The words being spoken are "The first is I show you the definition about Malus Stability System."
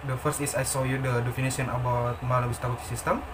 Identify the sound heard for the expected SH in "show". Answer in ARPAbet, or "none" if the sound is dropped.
S